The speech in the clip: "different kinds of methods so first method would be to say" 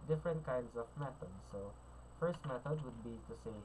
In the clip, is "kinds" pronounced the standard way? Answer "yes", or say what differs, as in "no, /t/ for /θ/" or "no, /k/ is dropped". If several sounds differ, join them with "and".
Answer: no, /s/ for /z/